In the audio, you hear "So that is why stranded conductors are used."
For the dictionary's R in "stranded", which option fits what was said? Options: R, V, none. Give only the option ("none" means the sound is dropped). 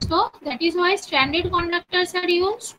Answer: none